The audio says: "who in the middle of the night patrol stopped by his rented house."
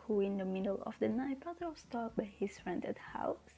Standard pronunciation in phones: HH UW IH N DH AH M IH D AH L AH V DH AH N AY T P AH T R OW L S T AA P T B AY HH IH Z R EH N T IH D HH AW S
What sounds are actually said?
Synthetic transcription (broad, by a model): HH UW IH N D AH M IH D AH L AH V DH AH N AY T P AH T OW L S T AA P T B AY HH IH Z R EH N T IH D HH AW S